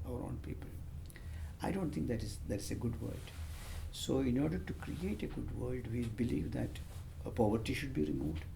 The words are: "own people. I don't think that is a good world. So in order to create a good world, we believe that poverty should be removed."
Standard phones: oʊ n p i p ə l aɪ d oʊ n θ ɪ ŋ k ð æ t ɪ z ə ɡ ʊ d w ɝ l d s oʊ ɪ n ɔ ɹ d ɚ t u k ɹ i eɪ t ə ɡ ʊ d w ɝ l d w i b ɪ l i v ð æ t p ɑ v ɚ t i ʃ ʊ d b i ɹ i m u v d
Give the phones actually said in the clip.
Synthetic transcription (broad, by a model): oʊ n p i p ə l aɪ d oʊ n t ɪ ŋ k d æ t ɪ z ə ɡ ʊ d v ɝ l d s oʊ ɪ n ɔ ɹ d ɚ t u k ɹ i eɪ t ə ɡ ʊ d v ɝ l d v i b ɪ l i v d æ t p ɑ v ɚ t i ʃ ʊ d b i ɹ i m u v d